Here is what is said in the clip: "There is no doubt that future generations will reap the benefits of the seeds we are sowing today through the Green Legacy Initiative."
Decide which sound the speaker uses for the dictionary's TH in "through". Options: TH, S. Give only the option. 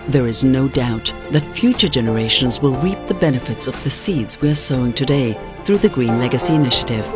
TH